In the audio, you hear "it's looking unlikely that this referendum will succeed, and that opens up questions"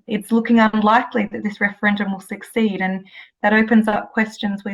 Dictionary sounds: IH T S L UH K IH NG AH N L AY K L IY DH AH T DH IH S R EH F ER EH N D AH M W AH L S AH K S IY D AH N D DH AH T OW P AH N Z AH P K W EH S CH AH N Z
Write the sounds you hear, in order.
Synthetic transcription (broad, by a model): IH T S L UH K IH NG AH N L AY K L IY DH AH T DH IH S R EH F ER EH N D AH M W AH L S AH K S IY D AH N DH AH T OW P AH N Z AH P K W EH S CH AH N Z